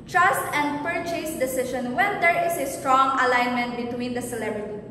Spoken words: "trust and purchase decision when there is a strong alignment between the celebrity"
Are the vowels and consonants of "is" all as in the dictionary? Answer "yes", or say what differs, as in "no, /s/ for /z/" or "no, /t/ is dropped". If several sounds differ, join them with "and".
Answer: no, /s/ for /z/